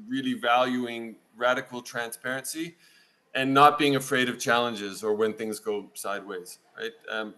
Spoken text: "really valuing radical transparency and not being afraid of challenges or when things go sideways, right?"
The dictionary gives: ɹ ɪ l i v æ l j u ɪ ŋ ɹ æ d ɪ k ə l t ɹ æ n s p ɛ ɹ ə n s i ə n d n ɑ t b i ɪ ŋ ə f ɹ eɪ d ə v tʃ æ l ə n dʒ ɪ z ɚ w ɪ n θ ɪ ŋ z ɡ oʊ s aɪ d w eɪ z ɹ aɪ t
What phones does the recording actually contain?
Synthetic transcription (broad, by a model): ɹ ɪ l i v æ l j u ɪ ŋ ɹ æ d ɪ k l t ɹ æ n s p ɛ ɹ ə n s i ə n n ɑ t b i ɪ ŋ ə f ɹ eɪ d ə v tʃ æ l ə n dʒ ɪ z ɚ w ɪ n θ ɪ ŋ z ɡ oʊ s aɪ d w eɪ z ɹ aɪ t